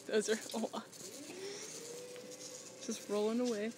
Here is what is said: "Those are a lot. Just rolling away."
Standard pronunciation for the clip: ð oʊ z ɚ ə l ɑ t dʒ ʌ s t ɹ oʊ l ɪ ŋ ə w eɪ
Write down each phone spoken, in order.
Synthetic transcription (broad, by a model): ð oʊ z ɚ ə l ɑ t dʒ ʌ s t ɹ oʊ l ɪ ŋ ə w eɪ